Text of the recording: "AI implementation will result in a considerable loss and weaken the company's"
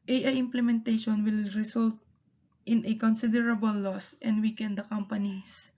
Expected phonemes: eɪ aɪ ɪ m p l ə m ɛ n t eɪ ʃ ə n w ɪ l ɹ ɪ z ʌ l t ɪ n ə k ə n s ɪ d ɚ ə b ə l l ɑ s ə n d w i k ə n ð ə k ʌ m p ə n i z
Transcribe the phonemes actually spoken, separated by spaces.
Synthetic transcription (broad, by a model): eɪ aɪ ɪ m p l ə m ɛ n t eɪ ʃ ə n w ɪ l ɹ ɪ s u l t ɪ n ə k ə n s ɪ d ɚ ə b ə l l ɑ s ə n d w i k ə n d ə k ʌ m p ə n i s